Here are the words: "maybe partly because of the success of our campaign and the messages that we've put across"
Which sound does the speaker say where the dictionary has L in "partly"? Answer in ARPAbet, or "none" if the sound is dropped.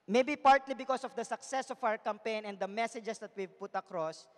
L